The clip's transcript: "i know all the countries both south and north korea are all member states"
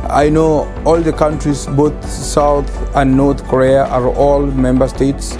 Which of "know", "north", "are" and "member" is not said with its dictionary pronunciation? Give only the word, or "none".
north